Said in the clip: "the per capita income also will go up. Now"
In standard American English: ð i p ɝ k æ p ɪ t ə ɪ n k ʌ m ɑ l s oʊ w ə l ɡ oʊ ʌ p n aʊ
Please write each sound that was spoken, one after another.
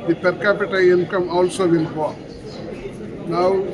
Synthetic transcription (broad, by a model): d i p ɝ k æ p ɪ t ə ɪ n k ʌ m ɑ l s oʊ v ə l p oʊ n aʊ